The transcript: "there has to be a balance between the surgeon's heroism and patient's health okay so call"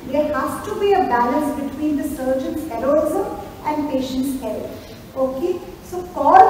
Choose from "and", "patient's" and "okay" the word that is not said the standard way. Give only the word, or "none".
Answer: none